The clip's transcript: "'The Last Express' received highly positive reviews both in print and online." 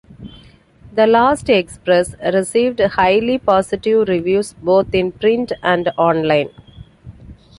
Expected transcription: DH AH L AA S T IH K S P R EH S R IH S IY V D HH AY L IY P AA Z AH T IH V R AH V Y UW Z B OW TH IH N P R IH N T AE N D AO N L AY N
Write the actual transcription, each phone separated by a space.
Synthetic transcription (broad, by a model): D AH L AA S T IH K S P R EH S R IH S IY V D HH AY L IY P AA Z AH T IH V R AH V Y UW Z B OW T IH N P R IH N T AE N D AO N L AY N